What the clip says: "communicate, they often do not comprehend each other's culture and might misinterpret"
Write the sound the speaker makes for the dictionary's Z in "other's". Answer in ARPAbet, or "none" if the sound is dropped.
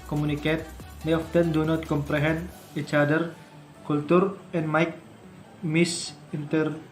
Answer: none